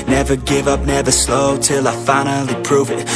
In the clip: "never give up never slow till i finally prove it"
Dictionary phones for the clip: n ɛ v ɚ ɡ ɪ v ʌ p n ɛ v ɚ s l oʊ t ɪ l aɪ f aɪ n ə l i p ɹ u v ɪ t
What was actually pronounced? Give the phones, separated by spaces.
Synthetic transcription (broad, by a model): n ɛ v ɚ ɡ ɪ v ʌ p n ɛ v ɚ s l oʊ t ɪ l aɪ f aɪ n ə l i p ɹ u v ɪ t